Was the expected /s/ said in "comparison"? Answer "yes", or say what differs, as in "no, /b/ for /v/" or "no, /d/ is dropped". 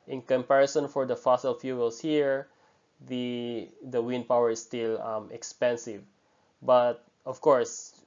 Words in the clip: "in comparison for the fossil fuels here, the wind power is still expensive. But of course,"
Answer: yes